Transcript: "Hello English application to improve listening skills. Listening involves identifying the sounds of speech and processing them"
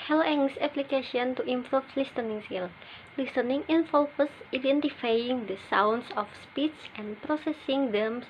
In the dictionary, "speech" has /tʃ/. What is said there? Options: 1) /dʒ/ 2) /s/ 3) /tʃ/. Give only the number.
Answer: 2